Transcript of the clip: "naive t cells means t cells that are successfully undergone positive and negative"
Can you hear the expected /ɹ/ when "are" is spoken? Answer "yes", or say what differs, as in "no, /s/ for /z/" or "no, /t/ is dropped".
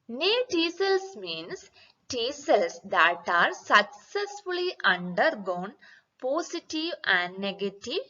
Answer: yes